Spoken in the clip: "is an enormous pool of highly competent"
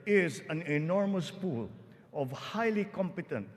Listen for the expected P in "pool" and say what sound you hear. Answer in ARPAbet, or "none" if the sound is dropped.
P